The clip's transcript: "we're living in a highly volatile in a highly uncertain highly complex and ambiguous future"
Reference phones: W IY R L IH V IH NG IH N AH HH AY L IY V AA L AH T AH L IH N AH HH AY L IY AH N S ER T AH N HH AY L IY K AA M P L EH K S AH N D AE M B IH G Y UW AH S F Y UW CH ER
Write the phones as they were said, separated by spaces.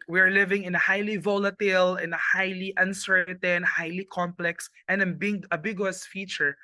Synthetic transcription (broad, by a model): W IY R L IH V IH NG IH N AH HH AY L IY V AA L AH T AH L IH N AH HH AY L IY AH N S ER T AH N HH AY L IY K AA M P L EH K S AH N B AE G B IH G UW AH S F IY CH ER